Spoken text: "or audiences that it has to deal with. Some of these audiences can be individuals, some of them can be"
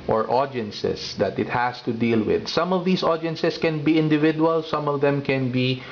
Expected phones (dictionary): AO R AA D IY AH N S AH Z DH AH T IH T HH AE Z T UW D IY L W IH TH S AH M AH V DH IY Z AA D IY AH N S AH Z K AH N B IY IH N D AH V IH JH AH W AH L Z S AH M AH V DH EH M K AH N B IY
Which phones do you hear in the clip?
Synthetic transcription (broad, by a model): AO R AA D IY N S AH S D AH T IH T HH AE S T UW D IY L W IH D S AH M AH V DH IY S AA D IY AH N S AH S K AH N B IY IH N D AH V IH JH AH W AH L S AH M AH V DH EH M K AH N B IY